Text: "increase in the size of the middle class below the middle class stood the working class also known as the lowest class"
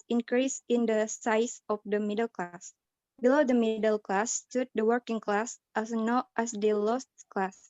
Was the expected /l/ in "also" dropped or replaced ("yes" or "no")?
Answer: yes